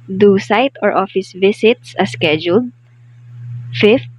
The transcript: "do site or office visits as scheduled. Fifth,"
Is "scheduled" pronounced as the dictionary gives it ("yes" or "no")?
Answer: yes